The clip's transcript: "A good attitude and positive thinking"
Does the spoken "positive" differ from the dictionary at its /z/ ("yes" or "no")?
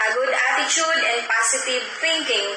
yes